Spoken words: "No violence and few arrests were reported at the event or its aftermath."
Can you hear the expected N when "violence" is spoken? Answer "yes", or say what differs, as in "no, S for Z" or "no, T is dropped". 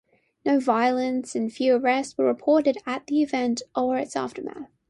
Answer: yes